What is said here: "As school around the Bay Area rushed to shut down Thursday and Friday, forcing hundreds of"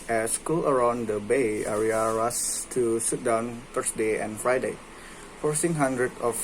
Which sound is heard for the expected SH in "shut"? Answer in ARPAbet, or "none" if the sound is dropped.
S